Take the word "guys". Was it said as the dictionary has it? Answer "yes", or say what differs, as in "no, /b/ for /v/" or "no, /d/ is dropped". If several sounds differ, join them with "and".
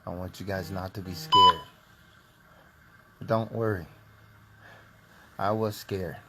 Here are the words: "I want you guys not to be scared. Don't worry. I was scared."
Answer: yes